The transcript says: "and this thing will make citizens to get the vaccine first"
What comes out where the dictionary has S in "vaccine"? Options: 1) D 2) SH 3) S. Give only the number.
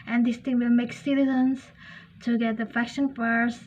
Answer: 2